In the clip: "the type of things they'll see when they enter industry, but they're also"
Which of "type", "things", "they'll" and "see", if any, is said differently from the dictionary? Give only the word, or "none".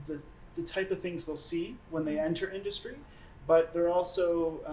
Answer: none